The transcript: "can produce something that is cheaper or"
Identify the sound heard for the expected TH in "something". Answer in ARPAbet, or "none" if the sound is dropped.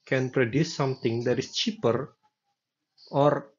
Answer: T